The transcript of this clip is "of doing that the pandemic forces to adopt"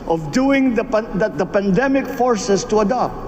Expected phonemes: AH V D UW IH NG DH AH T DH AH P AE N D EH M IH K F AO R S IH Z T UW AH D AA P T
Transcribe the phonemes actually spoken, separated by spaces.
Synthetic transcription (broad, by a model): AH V D UW IH NG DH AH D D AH P AE N D EH M IH K F AO R S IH S T UW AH D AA P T